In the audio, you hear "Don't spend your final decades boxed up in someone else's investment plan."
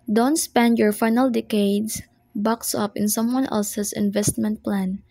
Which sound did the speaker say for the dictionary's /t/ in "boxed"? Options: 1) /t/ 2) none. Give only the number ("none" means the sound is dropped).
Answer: 2